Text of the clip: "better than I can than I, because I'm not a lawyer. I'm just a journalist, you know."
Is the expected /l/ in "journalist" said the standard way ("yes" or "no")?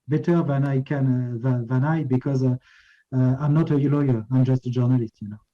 yes